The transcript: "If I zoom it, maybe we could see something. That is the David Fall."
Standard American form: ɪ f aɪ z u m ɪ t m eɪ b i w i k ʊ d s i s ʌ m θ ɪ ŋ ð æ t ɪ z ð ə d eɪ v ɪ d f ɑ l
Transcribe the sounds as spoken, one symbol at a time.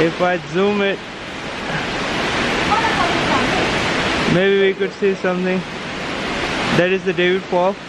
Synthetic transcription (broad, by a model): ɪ f aɪ z u m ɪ t m eɪ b i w i k ʊ d s i s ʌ m t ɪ ŋ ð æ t ɪ z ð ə d eɪ v ɪ d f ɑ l